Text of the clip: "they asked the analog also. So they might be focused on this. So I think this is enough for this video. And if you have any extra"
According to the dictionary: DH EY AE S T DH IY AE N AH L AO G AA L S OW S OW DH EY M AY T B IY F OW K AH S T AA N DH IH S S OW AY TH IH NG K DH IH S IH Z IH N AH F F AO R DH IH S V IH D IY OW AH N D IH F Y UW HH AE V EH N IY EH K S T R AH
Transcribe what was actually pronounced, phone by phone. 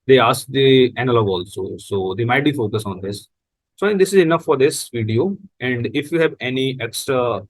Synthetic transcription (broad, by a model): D EY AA S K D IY AE N AH L AO G AA L S OW S OW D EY M AY T B IY F OW K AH S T AA N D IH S S OW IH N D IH S IH Z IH N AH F F AO R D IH S V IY D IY OW AH N D IH F Y UW HH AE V EH N IY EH K S T R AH